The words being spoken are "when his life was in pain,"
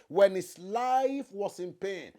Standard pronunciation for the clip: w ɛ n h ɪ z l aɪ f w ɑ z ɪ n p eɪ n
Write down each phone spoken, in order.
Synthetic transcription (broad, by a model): w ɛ n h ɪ s l aɪ f w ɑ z ɪ n p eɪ n